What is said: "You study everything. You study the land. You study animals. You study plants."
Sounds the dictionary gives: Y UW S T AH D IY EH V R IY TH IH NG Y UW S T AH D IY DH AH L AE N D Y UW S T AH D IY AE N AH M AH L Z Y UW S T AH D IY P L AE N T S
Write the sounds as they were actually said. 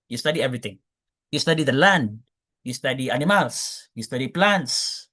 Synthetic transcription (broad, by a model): Y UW S T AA D IY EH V R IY T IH NG Y UW S T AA D IY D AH L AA N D Y UW S T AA D IY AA N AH M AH L S Y UW S T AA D IY P L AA N T S